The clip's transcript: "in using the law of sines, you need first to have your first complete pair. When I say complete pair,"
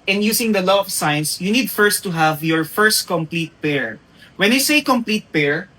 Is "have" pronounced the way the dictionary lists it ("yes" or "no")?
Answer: yes